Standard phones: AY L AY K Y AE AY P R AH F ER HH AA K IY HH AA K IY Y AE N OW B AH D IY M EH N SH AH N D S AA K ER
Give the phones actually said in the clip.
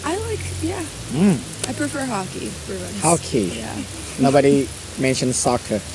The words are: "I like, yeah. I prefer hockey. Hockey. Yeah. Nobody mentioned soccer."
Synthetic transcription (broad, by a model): AY L AY K Y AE AY P R AH F ER HH AA K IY HH AA K IY Y AE N OW B AH D IY M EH N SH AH N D S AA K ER